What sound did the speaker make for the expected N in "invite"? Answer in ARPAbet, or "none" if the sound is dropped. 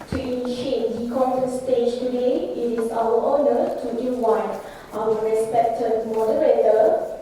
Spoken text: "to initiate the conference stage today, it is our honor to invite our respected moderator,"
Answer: none